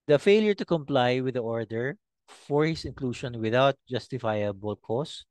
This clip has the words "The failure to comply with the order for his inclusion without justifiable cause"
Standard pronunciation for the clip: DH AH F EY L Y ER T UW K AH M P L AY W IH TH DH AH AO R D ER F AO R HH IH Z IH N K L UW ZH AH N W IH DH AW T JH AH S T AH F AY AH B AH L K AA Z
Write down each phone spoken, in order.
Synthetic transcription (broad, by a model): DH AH F EY L Y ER T UW K AH M P L AY W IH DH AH AO R D ER F AO R HH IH S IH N K L UW SH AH N W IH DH AW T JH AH S T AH F AY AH B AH L K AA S